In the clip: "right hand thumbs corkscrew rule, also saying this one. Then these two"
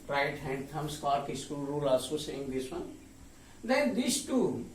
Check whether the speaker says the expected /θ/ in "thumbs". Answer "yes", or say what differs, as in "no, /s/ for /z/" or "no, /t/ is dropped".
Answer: no, /t/ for /θ/